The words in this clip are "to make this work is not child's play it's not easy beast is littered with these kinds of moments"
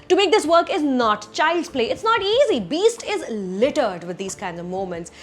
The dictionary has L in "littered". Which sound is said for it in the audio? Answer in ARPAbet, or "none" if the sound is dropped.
L